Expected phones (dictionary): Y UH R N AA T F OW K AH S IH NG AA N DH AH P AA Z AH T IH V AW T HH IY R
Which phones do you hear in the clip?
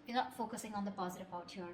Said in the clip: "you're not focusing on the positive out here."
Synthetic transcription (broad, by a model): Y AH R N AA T F OW K AH S IH NG AA N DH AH P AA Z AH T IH P AW T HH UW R